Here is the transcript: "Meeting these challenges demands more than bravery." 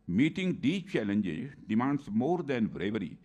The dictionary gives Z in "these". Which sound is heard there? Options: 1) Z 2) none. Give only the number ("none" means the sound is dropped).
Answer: 2